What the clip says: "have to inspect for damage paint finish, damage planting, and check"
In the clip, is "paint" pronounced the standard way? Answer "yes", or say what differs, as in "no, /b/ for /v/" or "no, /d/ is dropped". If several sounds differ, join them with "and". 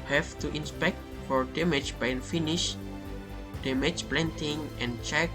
no, /b/ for /p/